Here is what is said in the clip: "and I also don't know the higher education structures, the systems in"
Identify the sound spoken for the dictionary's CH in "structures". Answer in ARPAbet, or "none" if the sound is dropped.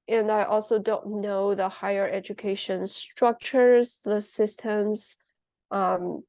CH